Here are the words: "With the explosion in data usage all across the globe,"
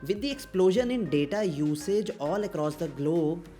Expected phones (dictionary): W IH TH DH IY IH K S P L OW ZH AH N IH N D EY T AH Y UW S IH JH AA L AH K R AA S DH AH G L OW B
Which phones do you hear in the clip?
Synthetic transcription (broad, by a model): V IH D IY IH K S P L OW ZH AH N IH N D EY T AH Y UW S IH JH AA L AH K R AA S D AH G L OW